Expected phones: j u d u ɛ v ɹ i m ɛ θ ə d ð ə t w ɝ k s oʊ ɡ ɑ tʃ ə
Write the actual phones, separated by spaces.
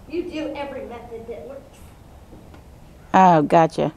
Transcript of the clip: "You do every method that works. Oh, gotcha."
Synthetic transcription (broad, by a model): j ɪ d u ɛ v ɹ i m ɛ θ ə d ð ə t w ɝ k oʊ ɡ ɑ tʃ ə